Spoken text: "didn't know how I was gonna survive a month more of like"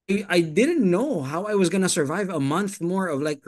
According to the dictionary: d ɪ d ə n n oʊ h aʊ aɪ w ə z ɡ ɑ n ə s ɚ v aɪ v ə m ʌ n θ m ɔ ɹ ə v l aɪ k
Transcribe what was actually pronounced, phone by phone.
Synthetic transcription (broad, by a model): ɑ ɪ d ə n n oʊ h aʊ aɪ w ə z ɡ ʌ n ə s ɚ v aɪ v ə m ʌ n θ m ɔ ɹ ə v l aɪ k